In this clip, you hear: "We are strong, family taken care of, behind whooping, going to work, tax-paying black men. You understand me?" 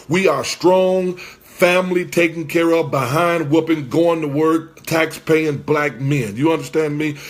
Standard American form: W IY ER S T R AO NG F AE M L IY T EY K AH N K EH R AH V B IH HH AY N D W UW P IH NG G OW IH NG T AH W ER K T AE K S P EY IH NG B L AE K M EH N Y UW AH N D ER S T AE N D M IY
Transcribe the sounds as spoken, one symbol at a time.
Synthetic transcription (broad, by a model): W IY ER S T R AO NG F AE M L IY T EY K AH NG K EH R AH V B IH HH AY N D W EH P IH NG G OW IH NG T AH W ER K T AE K S P EY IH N B L AE K M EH N Y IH AH N D ER S T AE N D M IY